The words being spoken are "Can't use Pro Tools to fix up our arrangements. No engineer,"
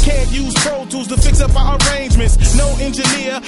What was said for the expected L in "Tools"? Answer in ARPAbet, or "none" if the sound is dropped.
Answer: none